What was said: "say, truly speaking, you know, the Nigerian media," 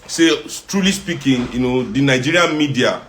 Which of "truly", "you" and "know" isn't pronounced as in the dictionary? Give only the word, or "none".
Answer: none